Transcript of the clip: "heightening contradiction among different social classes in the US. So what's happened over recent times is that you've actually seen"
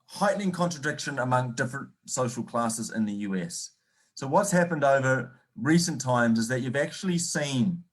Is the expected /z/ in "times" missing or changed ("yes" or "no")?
no